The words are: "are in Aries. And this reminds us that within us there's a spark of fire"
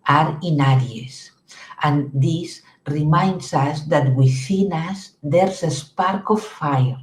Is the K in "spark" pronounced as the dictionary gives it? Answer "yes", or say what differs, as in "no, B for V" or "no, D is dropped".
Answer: yes